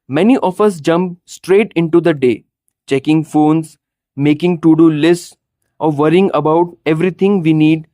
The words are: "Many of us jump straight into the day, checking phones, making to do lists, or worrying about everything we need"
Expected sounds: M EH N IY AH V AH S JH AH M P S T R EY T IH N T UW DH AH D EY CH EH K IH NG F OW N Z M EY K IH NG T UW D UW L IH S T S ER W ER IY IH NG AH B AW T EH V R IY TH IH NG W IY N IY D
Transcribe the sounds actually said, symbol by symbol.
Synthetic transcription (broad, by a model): M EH N IY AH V AH S JH AH M P S T R EY T IH N T UW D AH D EY CH EH K IH NG F OW N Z M EY K IH NG T UW D UW L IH S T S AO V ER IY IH NG AH B AW T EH V R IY T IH NG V IY N IY D